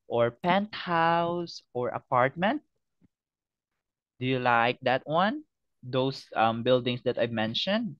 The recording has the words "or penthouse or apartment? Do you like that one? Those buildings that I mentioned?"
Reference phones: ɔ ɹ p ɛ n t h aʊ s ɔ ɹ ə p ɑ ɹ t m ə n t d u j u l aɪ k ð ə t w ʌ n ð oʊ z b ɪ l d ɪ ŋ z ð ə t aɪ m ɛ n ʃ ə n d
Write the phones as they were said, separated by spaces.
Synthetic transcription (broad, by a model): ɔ ɹ p ɛ n t h aʊ s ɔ ɹ ə p ɑ ɹ t m ə n t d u j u l aɪ k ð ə t w ʌ n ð oʊ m b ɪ l d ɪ ŋ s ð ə t aɪ m ɛ n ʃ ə n d